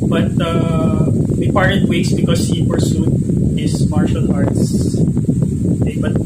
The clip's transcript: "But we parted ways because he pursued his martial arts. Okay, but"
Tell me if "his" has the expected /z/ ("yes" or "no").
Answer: no